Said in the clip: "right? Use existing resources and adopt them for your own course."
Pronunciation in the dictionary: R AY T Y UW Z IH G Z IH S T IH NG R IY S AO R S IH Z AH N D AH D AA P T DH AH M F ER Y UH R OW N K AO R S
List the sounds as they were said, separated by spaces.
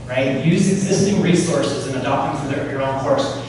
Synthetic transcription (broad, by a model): R AY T Y UW Z IH G Z IH S T IH NG R IY S AO R S IH Z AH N AH D AA P T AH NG F ER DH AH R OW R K AO R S